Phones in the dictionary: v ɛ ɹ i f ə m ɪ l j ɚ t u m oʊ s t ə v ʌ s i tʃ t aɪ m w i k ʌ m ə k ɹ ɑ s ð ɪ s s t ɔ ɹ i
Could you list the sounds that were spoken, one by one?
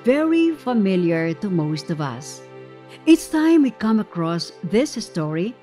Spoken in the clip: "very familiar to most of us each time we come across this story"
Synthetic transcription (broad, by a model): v ɛ ɹ i f ə m ɪ l j ɚ t u m oʊ s t ə v ʌ s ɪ s t aɪ m w i k ʌ m ə k ɹ ɑ s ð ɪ s s t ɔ ɹ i